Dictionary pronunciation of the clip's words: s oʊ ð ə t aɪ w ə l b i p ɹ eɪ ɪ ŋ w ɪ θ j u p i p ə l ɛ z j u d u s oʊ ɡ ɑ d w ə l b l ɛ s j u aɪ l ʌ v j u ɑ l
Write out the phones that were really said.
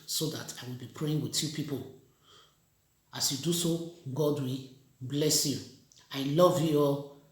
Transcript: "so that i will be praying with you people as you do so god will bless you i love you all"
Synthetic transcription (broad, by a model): s oʊ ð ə t aɪ w ə l b i p ɹ eɪ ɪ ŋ w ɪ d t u p i p ə l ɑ s j u d u s oʊ ɡ ɑ d w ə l b l ɛ s j u aɪ l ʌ v j u ɑ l